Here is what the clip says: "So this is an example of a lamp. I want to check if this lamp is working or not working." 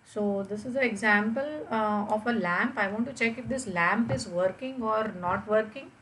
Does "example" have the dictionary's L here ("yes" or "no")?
yes